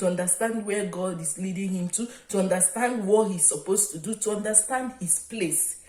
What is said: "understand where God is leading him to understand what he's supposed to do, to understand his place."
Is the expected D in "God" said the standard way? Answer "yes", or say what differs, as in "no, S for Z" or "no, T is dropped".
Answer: yes